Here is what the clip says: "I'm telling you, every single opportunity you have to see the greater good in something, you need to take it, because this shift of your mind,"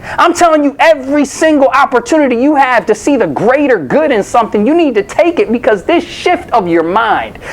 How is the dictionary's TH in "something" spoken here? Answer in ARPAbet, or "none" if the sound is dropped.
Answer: TH